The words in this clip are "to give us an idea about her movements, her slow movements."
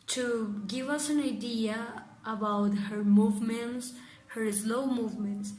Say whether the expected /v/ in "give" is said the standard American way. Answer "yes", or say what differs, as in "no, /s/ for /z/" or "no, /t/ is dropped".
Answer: yes